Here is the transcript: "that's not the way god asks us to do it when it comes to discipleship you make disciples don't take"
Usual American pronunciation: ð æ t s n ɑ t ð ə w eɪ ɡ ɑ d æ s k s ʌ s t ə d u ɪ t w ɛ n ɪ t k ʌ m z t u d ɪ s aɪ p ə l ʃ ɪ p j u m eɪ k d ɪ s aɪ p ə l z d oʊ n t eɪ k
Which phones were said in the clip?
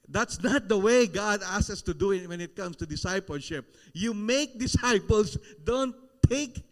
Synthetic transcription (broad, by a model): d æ t s n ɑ t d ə w eɪ ɡ ɑ d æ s s ʌ s t ə d u ɪ t w ɛ n ɪ t k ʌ m s t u d ɪ s aɪ p ə l ʃ ɪ p j u m eɪ k d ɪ s aɪ p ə l s d oʊ n t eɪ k